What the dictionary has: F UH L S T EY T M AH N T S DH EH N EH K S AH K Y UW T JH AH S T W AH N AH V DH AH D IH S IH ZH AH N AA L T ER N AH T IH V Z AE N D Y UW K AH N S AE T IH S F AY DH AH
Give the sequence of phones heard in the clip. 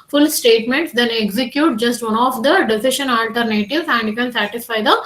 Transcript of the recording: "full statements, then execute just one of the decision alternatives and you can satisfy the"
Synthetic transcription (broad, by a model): F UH L S T EY T M AH N T S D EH N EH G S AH K Y UW T JH AH S T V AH N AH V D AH D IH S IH SH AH N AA L T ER N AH T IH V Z AE N D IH K AH N S AE T IH S F AY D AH